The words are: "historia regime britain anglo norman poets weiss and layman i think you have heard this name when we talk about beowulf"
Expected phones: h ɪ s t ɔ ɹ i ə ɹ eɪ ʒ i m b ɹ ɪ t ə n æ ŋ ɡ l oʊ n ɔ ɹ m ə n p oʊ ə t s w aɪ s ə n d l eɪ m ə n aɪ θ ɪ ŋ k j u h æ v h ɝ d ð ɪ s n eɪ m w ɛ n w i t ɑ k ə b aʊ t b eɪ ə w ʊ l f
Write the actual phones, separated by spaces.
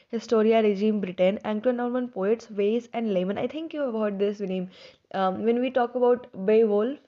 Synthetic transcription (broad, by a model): h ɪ s t ɔ ɹ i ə ɹ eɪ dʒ i m b ɹ ɪ t ə n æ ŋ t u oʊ n ɔ ɹ m ə n p oʊ ə t s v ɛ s ə n d l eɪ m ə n aɪ t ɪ ŋ k j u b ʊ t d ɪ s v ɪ n eɪ m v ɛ n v i t ɑ k ə b aʊ t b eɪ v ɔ l